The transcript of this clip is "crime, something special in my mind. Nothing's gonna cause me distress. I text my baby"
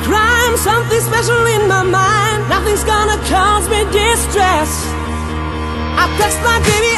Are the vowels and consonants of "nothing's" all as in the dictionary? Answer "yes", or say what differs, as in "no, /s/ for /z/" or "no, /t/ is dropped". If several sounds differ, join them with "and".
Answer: yes